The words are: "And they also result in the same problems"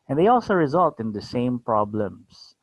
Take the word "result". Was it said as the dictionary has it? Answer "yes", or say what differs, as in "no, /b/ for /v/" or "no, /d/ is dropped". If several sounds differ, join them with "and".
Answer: yes